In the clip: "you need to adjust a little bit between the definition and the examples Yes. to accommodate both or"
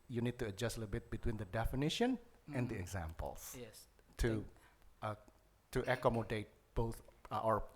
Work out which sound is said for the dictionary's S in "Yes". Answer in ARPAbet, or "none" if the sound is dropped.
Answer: none